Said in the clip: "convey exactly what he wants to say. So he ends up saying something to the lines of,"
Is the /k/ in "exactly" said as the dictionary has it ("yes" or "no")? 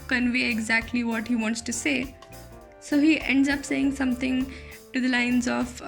yes